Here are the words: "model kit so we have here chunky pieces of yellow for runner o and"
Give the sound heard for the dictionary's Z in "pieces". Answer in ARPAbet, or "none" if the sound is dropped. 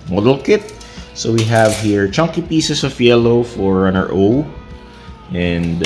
S